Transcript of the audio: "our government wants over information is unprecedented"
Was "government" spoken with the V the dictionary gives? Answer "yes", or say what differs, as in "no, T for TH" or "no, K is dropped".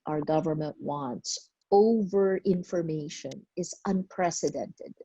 yes